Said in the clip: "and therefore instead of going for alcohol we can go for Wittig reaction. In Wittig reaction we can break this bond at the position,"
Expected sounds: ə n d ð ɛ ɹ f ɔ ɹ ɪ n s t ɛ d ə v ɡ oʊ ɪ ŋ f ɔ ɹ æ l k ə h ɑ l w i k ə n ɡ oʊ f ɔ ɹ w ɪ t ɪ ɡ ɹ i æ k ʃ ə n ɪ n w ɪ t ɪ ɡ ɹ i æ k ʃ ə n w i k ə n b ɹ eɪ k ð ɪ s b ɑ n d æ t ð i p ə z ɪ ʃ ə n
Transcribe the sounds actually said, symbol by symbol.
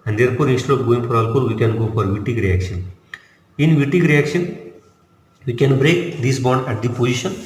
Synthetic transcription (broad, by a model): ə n d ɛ ɹ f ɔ ɹ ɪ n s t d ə p ɡ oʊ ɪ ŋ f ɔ ɹ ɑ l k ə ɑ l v i k ə n ɡ oʊ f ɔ ɹ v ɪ t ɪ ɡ ɹ i æ k ʃ ə n ɪ n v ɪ t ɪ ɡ ɹ i æ k ʃ ə n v i k ə n b ɹ eɪ k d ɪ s b ɑ n d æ t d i p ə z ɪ ʃ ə n